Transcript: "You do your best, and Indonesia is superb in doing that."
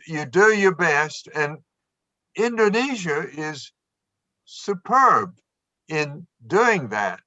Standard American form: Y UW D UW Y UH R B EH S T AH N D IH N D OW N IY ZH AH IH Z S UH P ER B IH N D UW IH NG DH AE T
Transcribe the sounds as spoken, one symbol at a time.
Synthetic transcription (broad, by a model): Y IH D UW Y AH R B EH S T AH N IH N D OW N IY ZH AH IH Z S UH P ER B IH N D UW IH NG DH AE T